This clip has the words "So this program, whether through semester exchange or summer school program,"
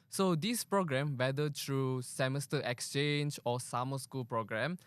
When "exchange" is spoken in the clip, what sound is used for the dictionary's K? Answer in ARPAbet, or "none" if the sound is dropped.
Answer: K